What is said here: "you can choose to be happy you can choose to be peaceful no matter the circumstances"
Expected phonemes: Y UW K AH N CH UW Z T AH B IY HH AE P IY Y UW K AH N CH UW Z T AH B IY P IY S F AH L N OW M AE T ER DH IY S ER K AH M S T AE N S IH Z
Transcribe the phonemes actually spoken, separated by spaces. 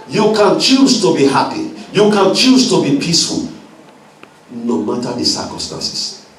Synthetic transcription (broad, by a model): Y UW K AH N CH UW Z T AH B IY HH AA P IY Y UW K AH N CH UW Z T AH B IY P IY S F AH L N OW M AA T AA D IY S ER K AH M S T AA N S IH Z